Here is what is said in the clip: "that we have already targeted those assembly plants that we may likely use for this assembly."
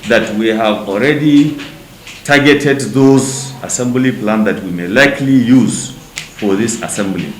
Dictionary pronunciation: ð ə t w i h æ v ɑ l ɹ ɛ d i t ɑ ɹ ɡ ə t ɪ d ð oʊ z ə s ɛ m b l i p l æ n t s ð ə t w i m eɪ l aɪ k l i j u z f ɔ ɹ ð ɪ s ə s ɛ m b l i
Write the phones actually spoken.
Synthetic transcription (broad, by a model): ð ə t w i h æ v ɑ l ɹ ɛ d i t ɑ ɹ ɡ ə t ɪ d ð oʊ z ə s ɛ m b l i p l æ n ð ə t w i m eɪ l aɪ k l i j u z f ɔ ɹ ð ɪ s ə s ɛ m b l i